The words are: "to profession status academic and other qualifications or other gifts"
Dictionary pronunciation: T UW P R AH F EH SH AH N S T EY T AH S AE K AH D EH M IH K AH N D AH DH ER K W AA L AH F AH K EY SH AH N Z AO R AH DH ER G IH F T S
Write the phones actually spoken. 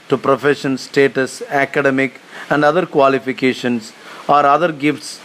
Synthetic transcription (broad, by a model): T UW P R AH F EH SH AH N S T EY T AH S AE K AH D EH M IH K AH N D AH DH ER K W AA L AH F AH K EY SH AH N S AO R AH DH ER G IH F T S